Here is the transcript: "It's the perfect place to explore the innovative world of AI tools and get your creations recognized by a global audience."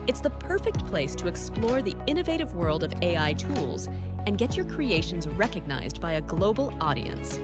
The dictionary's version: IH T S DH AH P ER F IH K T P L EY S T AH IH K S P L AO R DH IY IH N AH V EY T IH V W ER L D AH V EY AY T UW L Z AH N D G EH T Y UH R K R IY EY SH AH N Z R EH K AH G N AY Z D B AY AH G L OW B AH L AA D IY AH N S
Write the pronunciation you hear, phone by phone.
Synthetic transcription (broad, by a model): IH T S DH AH P ER F IH K T P L EY S T AH IH K S P L AO R DH IY IH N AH V EY T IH V W ER L D AH V EY AY T UW L Z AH N G EH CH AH R K R IY EY SH AH N Z R EH K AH G N AY Z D B AY AH G L OW B L AA D IY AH N S